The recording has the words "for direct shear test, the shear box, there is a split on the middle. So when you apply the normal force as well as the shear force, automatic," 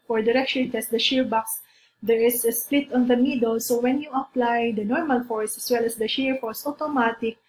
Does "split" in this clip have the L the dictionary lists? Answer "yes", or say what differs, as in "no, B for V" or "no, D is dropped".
yes